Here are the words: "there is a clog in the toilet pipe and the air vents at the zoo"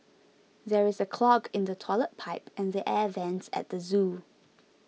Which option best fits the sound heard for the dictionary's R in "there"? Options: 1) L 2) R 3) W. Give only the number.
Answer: 2